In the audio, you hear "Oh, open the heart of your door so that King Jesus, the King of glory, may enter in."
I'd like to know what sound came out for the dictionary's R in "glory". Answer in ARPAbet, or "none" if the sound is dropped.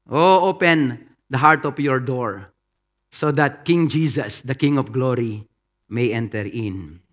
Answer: R